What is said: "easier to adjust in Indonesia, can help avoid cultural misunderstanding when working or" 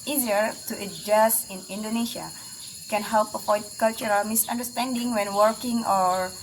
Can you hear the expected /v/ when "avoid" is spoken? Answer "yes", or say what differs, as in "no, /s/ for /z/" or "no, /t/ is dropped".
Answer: no, /p/ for /v/